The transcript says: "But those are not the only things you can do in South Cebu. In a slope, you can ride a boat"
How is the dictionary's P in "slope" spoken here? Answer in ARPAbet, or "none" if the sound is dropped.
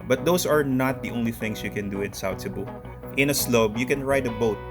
B